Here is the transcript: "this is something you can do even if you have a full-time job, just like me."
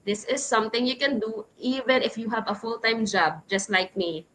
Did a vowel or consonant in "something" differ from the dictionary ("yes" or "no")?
yes